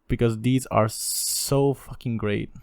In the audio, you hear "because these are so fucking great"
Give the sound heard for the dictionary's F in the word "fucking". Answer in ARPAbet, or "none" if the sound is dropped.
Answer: F